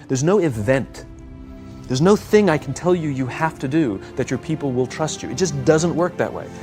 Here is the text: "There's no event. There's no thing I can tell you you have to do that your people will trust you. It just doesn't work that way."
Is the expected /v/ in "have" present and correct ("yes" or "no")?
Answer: no